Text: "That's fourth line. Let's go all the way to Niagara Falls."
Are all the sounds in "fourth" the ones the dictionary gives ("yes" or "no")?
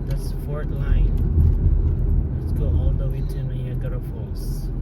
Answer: no